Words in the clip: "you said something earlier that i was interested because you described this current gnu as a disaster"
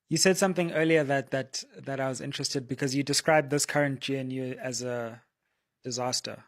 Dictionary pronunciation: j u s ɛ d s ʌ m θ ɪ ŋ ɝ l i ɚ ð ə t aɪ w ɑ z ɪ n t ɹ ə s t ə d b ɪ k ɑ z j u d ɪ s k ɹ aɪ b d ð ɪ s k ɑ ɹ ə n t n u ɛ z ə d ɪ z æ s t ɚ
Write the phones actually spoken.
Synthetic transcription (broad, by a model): j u s ɛ d s ʌ m θ ɪ ŋ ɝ l i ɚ ð ə t aɪ w ɑ z ɪ n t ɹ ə s t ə d b ɪ k ɑ z j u d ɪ s k ɹ aɪ b ð ɪ s k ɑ ɹ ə n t n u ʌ z ə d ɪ z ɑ s t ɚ